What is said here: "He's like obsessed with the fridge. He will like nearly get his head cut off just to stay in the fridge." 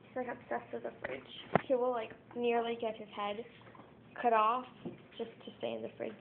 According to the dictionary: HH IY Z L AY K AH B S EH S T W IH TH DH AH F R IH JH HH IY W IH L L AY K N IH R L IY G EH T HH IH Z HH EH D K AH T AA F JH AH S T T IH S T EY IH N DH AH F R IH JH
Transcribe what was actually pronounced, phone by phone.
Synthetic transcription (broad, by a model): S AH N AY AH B S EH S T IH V DH AH F R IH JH HH IY W IH L L AY K N IH R L IY G EH T HH IH Z HH EH D K AH T AA F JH AH S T T IH S T EY IH N DH AH F R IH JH